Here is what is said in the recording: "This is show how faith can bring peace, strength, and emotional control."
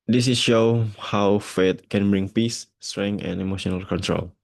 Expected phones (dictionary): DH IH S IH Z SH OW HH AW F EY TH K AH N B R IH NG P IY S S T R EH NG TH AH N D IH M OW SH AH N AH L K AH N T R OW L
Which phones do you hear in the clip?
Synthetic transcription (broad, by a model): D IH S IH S SH OW HH AW F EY T K AH N B R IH NG P IY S S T R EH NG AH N IH M OW SH AH N AH L K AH N T R OW L